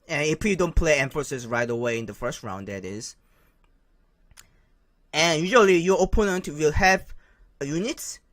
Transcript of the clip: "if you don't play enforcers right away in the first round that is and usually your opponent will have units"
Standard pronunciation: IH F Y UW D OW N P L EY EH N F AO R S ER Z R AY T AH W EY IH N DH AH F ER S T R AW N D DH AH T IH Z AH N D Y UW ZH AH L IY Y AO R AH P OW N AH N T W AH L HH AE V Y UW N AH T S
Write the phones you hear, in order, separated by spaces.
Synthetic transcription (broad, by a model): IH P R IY D OW N P L EY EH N F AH S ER S R AY T AH W EY IH N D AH F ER S T R AW N D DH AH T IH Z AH N Y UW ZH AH L IY Y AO AH P OW N AH N T W AH L HH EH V Y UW N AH T S